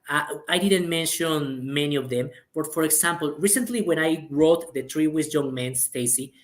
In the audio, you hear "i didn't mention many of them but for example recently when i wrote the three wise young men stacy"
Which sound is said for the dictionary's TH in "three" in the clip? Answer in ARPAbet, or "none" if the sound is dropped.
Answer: T